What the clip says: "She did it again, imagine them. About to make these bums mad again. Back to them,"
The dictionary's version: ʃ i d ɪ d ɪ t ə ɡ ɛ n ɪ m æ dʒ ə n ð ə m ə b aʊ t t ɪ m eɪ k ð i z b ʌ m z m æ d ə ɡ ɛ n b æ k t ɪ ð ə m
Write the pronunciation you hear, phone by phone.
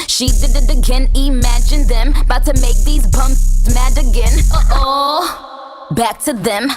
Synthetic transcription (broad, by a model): ʃ i d ɪ d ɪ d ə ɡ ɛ n ɪ m æ dʒ ə n ð ə m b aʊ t t ɪ m eɪ k ð i z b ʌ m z m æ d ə ɡ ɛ n b æ k t ɪ ð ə m